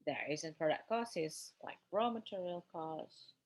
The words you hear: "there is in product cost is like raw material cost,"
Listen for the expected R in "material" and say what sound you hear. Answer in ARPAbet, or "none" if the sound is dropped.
R